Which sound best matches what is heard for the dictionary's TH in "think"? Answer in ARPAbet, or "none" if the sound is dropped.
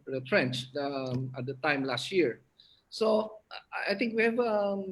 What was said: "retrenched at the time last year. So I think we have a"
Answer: T